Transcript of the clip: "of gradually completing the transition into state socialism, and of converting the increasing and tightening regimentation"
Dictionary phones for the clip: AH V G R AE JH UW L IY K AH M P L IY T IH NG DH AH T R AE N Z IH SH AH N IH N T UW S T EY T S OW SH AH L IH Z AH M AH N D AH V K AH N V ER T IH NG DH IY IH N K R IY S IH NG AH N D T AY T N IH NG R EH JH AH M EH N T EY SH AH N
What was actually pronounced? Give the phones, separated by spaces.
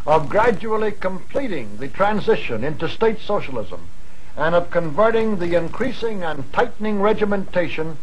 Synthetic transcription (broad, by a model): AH V G R AE JH UW L IY K AH M P L IY T IH NG DH AH T R AE N Z IH SH AH N IH N T UW S T EY T S OW SH AH L IH Z AH M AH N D AH V K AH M V ER T IH NG DH IY IH N K R IY S IH NG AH N T AY T N IH NG R EH JH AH M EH N T EY SH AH N